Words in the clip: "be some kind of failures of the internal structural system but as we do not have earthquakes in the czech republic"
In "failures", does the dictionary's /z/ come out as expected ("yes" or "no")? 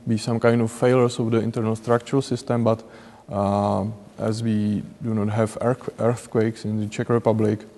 no